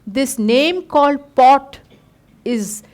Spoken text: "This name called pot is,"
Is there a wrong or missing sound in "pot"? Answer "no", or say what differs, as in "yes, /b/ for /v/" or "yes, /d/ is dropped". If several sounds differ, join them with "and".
no